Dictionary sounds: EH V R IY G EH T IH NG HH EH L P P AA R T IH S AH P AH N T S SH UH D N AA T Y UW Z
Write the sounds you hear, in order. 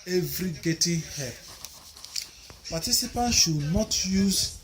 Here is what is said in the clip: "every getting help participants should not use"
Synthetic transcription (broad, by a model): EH V R IY G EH T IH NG HH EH P P AA T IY S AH P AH N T SH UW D N AA T Y UW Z